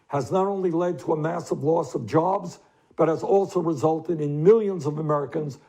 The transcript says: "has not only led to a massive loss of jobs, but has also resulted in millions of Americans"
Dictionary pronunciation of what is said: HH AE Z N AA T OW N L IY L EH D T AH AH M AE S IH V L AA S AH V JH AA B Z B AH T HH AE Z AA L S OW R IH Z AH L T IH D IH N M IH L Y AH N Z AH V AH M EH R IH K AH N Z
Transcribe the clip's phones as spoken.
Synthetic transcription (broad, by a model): HH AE Z N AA T OW N L IY L EH D T AH AH M AE S IH V L AA S AH V JH AA B Z B AH T HH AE Z AA L S OW R IH Z AH L T IH D IH N M IH L Y AH N Z AH V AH M EH R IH K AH N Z